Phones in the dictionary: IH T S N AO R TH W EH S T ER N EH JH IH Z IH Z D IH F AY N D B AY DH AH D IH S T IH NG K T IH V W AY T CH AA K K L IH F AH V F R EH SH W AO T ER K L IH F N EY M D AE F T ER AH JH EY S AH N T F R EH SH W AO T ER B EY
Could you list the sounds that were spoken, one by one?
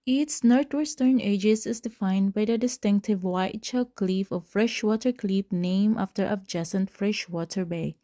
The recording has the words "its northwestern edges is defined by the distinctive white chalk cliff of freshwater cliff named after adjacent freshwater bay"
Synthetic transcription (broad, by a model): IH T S N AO R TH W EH S T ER N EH JH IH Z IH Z D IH F AY N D B AY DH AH D IH S T IH NG K T IH V W AY T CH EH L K L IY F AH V F R EH SH W AO T ER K L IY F N EY M AA F T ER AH JH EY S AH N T F R EH SH W AO T ER B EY